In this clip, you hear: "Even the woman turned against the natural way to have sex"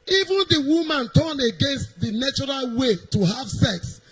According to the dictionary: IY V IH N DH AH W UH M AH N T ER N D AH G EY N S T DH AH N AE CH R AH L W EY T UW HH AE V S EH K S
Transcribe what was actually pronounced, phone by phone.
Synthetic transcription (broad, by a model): IY V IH N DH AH W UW M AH N T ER N AH G EY N S T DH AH N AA CH R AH L W EY T UW HH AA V S EH K S